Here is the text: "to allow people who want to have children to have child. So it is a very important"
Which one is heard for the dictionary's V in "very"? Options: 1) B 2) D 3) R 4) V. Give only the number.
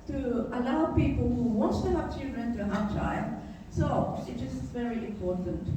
4